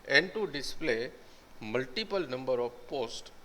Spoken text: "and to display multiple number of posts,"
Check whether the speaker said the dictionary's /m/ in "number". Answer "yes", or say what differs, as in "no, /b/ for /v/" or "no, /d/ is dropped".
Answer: yes